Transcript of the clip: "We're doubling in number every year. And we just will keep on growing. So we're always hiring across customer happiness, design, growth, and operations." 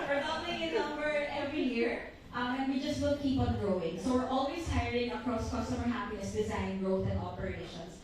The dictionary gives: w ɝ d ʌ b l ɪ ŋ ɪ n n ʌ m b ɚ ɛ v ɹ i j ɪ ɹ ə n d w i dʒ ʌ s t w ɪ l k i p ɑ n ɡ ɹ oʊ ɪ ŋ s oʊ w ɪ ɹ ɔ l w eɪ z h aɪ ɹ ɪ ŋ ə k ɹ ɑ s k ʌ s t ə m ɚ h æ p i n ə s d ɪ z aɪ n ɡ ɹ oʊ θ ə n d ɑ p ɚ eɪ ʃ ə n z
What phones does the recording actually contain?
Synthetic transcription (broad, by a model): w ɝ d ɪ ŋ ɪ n n ʌ m b ɚ ɛ v ɹ i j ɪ ɹ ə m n w i dʒ ʌ s t w ɪ l k i p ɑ n ɡ ɹ oʊ ɪ ŋ s oʊ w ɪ ɹ ɔ l w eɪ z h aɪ ɹ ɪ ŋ ə k ɹ ɑ s k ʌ s t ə m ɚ h æ p i n ə s d ɪ z aɪ n ɡ ɹ oʊ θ ə n d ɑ p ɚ eɪ ʃ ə n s